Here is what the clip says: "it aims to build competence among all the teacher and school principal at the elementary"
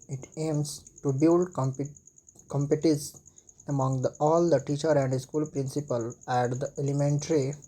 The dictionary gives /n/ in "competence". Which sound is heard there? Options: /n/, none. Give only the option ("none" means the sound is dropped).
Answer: none